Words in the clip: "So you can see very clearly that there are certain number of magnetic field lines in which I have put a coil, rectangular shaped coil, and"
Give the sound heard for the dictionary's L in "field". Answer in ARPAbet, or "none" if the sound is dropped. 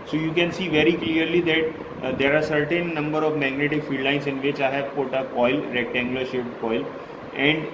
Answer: none